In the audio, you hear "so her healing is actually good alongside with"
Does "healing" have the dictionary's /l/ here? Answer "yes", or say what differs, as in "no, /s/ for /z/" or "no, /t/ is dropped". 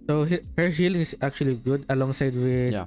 yes